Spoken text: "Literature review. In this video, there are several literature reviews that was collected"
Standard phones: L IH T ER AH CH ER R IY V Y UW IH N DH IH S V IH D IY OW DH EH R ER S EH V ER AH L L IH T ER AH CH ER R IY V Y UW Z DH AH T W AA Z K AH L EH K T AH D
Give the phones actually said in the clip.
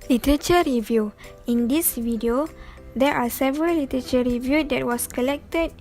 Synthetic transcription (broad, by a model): L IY T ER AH CH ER R IY V Y UW IH N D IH S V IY D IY OW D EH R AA S EH V ER AH L L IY T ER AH CH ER R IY V Y UW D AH T W AA S K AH L EH K T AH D